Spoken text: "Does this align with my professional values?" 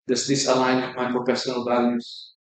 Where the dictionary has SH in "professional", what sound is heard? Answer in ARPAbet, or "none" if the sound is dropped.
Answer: S